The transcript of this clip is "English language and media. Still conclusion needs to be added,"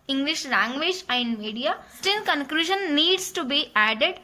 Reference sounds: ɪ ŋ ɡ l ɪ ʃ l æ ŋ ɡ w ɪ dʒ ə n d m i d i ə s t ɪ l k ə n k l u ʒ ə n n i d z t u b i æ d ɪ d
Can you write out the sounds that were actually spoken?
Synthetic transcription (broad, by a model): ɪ ŋ ɡ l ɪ ʃ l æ ŋ ɡ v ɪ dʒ ə n d m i d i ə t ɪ n k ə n k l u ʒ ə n n i d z t u b i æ d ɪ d